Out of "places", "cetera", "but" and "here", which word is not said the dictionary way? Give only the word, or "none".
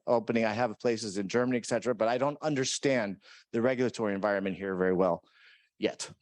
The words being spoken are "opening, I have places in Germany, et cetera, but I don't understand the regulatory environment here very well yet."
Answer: none